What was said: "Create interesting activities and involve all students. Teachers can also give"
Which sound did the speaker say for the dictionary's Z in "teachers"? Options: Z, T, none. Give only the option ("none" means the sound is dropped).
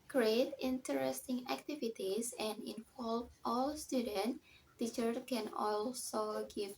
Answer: none